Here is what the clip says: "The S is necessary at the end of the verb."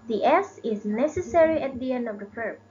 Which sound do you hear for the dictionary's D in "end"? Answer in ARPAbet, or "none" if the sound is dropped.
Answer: D